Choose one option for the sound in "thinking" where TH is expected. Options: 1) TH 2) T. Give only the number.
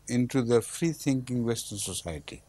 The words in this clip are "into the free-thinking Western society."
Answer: 2